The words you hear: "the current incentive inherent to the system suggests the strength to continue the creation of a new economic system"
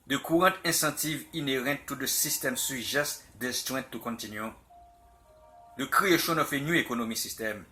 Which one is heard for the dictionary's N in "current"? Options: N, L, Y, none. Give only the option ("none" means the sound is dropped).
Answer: none